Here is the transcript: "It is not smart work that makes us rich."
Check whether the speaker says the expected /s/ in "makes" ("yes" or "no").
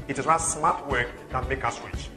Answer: no